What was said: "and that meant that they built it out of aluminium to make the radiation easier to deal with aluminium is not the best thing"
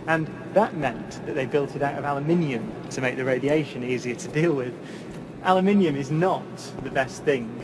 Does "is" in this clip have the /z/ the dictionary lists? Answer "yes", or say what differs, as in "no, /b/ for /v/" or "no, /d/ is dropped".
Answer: yes